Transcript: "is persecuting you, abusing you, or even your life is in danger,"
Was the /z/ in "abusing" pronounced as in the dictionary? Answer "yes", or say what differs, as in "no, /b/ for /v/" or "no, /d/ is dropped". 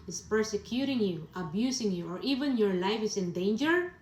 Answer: no, /s/ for /z/